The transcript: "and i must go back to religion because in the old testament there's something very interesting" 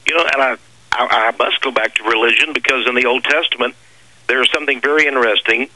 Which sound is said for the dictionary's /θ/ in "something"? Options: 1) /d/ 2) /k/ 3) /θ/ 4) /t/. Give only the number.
3